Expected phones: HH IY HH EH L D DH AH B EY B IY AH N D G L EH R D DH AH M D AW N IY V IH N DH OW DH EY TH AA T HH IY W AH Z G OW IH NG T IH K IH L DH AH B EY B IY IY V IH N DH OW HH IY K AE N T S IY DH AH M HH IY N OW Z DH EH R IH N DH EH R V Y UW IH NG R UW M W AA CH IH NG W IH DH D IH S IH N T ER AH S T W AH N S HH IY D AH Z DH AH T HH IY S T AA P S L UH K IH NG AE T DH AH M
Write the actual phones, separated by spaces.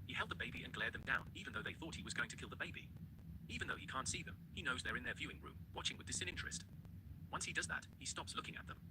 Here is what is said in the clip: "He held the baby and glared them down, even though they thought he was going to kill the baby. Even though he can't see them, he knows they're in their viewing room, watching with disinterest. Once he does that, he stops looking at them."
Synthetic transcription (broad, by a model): HH IY HH EH L D DH AH B EY B IY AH N G L EH R D DH AH M D AW N IY V IH N DH OW DH EY TH AA T HH IY W AH Z G OW IH NG T IH K IH L DH AH B EY B IY IY V IH N DH OW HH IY K AE N T S IY DH AH M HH IY N OW Z DH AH R IH N DH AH R V Y UW IH NG R UW M W AA CH IH NG W IH DH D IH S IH N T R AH S T W AH N S HH IY D AH Z DH AH T HH IY S T AA P S L UH K IH NG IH T DH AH M